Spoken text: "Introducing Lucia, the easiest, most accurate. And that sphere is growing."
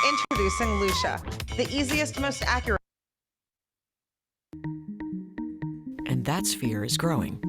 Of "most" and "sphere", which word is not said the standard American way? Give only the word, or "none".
none